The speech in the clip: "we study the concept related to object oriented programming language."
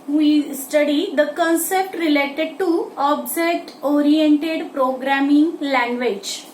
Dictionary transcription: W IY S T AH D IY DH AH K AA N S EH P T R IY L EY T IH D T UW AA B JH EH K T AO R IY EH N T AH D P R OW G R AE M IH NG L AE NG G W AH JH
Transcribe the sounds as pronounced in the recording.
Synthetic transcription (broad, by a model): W IY S T AH D IY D AH K AA N S EH P T R IY L EY T IH D T UW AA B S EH T AO R IY EH N T AH D P R OW G R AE M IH NG L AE NG G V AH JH